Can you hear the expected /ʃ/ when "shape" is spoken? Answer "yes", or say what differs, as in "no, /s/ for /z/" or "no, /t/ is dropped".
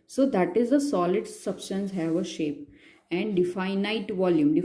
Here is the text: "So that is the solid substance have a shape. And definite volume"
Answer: yes